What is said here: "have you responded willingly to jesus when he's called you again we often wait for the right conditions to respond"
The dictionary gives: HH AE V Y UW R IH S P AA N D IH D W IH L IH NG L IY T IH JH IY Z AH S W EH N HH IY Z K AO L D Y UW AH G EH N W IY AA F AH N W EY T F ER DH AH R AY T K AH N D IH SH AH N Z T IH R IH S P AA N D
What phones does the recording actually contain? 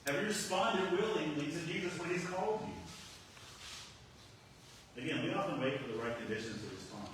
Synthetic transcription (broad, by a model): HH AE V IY R IH S P AA N D IH D W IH L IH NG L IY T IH JH IY Z AH S W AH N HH IY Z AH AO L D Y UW AH G EH N W IY AA F AH N W EY T F ER DH AH R AY T K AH N D IH SH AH N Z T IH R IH S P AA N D